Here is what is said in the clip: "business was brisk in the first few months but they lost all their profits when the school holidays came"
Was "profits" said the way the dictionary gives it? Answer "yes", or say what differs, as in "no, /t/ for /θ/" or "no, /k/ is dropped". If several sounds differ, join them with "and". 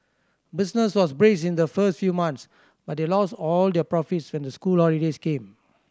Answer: yes